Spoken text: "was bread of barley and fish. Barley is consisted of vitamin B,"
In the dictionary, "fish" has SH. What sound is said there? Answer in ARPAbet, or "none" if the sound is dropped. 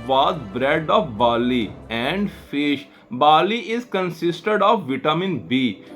SH